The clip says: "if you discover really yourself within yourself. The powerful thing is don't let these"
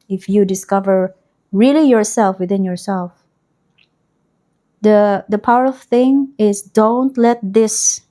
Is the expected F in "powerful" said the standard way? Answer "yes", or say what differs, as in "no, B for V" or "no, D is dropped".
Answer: no, F is dropped